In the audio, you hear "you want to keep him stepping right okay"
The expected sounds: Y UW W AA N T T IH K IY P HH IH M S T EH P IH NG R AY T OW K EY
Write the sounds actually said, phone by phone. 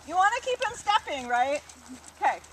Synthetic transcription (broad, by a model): Y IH W AA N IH K IY P HH IH M S T EH P IH NG R AY T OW K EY